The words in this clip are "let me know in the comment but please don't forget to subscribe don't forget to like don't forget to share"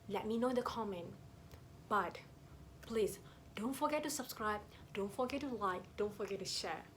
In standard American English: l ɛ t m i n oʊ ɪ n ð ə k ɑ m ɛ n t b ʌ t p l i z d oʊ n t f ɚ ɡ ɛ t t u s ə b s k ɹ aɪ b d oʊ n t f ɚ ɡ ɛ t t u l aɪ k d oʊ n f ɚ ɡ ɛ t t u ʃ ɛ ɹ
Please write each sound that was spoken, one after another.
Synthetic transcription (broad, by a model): l ɛ t m i n oʊ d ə k ɑ m ɛ n t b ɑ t p l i s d oʊ n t f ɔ ɡ ɛ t t u s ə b s k ɹ aɪ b d oʊ n t f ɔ ɡ ɛ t t u l aɪ k d oʊ n f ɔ ɡ ɛ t t u ʃ ɛ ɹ